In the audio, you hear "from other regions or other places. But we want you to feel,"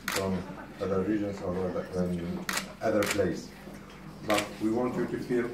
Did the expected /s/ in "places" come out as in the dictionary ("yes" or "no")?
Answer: no